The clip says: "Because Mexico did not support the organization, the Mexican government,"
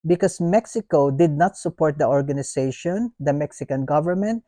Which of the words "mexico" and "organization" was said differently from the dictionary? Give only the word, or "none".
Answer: organization